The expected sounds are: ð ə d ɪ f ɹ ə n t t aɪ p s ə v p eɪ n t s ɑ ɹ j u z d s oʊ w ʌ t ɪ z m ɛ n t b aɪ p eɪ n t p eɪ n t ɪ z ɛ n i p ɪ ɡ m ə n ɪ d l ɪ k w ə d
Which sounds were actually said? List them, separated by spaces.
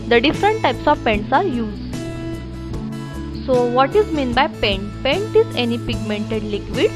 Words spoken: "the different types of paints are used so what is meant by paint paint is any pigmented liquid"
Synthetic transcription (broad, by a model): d ə d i f ɹ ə n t t aɪ p s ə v p eɪ n t s ɑ ɹ j u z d s oʊ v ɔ t ɪ z m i n b aɪ p eɪ n t p eɪ n t ɪ z ɛ n i p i ɡ m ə n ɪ d l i k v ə d